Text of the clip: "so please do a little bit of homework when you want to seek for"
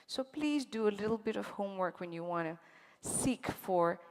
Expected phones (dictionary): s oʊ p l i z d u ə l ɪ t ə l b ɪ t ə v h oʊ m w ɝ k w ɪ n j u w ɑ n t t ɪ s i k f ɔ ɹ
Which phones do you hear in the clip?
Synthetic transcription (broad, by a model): s oʊ p l i z d u ə l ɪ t l b ɪ t ə v h oʊ m w ɝ k w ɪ n j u w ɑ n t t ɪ s i k f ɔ ɹ